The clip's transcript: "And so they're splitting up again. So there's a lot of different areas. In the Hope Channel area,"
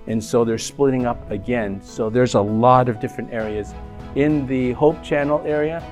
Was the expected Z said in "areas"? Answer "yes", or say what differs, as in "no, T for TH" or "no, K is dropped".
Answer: yes